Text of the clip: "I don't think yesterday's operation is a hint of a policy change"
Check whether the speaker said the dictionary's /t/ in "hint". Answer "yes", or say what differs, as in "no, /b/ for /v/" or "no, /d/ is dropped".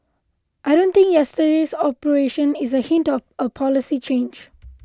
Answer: yes